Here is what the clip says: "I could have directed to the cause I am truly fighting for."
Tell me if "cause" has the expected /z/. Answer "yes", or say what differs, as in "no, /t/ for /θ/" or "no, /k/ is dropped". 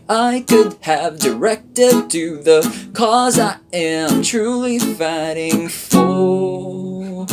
yes